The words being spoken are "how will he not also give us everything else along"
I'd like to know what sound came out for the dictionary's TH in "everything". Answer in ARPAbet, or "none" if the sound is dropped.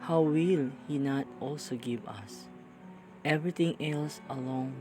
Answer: T